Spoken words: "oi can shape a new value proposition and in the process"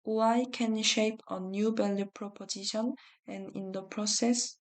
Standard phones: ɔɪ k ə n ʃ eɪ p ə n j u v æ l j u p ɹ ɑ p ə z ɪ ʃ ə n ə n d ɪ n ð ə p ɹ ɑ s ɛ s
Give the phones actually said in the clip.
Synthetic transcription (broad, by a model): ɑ k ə n ʃ eɪ p ə n j u b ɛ l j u p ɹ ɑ p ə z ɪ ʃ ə n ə n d ɪ n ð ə p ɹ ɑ s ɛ s